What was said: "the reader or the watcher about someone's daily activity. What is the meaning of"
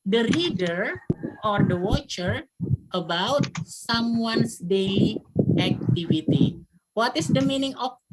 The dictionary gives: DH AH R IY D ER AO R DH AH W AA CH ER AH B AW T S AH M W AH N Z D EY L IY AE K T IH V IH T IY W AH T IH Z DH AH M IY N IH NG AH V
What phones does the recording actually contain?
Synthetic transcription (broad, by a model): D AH R IY D ER AO R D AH W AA CH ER AH B AW T S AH M W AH N S D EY IY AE K T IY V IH T IY W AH T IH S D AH M IY N IH NG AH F